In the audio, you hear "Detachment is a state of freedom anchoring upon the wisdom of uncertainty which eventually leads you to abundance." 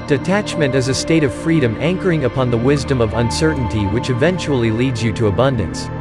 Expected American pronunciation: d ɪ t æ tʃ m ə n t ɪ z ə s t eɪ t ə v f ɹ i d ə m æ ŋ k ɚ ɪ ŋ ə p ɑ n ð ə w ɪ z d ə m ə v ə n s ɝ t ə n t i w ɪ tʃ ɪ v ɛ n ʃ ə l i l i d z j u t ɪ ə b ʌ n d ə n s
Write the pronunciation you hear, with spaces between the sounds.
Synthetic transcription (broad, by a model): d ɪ t æ tʃ m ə n t ɪ z ə s t eɪ t ə v f ɹ i d ə m æ ŋ k ɚ ɪ ŋ ə p ɑ n ð ə w ɪ z d ə m ə v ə n s ɝ t n t i w ɪ tʃ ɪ v ɛ n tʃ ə l i l i d z j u t ɪ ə b ʌ n d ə n s